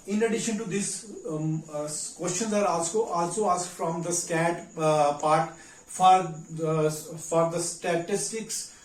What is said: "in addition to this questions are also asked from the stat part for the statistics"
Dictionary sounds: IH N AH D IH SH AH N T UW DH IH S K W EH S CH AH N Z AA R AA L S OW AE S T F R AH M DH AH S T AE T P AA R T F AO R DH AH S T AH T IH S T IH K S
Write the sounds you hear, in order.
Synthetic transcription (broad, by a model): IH N AH D IH SH AH N T UW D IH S K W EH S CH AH N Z AA R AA L S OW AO S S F R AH M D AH S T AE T P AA R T F AO R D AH S T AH T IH S T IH K S